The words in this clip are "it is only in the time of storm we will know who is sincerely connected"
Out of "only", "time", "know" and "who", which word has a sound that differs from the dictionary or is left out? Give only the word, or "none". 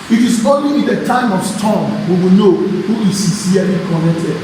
only